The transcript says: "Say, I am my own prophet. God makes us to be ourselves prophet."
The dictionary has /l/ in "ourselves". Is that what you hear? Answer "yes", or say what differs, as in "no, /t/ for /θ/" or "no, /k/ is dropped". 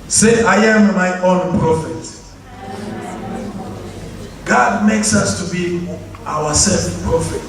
no, /l/ is dropped